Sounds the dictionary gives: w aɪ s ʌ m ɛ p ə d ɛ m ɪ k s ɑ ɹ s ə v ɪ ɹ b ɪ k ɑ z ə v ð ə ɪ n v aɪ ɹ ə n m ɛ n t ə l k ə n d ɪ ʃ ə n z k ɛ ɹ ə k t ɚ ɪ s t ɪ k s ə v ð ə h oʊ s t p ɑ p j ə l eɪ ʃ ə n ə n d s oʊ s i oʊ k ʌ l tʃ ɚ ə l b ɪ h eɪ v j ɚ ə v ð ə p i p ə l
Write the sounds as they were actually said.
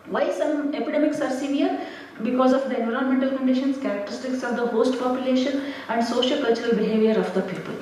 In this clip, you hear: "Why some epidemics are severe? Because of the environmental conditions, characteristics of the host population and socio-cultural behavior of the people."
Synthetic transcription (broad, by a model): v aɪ s ʌ m ɛ p ə d ɛ m ɪ k s ɑ ɹ s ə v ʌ ɹ b ɪ k ɑ z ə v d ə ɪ n v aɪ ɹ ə n m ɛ n t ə l k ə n d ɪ ʃ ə n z k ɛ ɹ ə k t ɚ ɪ s t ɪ k s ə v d ə h oʊ s t p ɑ p j ə l eɪ ʃ ə n ə n d s oʊ ʃ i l k ʌ l tʃ ɚ ə l b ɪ h eɪ v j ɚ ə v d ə p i p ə l